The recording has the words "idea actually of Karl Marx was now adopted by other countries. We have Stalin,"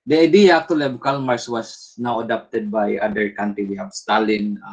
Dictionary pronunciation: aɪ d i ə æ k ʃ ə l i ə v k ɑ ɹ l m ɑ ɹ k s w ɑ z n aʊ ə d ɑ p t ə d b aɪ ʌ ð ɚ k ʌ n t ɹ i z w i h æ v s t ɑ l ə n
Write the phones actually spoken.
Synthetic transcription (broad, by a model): aɪ d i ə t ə l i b k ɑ l m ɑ ɹ s w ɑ s n aʊ ə d ɑ p t ə d b aɪ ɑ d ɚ k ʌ n t ɹ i w i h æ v s t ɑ l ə n